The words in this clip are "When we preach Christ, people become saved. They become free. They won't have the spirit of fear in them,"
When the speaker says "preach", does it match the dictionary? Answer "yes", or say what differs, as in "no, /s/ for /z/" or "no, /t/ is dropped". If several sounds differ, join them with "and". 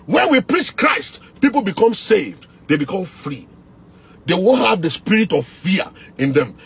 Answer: no, /s/ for /tʃ/